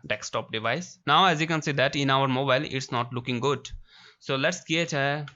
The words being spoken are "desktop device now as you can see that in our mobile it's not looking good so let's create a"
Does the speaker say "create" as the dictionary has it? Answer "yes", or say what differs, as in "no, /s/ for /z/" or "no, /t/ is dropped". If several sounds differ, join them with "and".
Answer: no, /ɹ/ is dropped